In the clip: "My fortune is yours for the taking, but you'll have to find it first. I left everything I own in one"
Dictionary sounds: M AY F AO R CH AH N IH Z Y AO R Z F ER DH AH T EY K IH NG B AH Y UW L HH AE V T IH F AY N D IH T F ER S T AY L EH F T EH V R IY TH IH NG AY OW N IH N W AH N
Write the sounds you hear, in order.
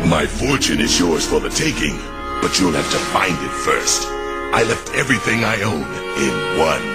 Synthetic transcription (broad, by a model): M AY F AO R CH AH N IH Z Y AO R Z F ER DH AH T EY K IH NG B AH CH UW L HH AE F T IH F AY N D IH T F ER S T AY L EH F T EH V R IY TH IH NG AY OW N IH N W AH N